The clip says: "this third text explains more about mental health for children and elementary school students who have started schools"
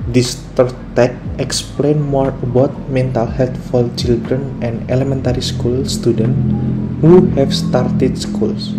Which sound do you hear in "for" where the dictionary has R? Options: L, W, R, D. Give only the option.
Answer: L